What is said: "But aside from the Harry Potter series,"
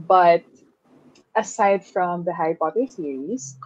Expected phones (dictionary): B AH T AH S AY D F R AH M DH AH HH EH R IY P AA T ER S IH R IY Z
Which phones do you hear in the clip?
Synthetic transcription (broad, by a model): B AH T AH S AY D F R AH M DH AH HH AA IY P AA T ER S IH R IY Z